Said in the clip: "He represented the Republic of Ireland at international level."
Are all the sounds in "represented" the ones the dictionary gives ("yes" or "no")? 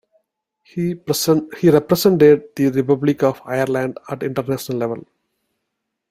no